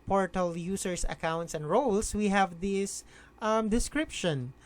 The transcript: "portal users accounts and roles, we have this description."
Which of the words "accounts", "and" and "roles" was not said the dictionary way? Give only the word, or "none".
roles